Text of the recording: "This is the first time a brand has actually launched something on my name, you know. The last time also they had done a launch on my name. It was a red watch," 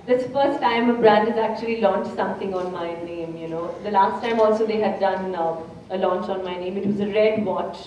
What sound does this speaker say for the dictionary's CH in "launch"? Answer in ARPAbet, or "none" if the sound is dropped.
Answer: CH